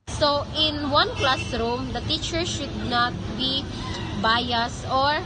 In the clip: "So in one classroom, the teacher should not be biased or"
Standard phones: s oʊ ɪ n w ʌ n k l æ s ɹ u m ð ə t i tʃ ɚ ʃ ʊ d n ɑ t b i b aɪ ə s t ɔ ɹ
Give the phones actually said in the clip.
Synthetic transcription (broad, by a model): s oʊ ɪ n w ʌ n k l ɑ s ɹ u m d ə t i tʃ ɚ ʃ ʊ d n ɑ t b i b aɪ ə s ɔ ɹ